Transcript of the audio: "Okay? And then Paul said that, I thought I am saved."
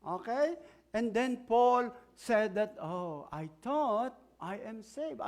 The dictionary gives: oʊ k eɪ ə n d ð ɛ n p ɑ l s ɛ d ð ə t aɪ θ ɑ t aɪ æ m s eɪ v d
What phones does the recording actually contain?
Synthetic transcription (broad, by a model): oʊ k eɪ ə n d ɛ n p ɑ l s ɛ d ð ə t aɪ t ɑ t aɪ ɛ m s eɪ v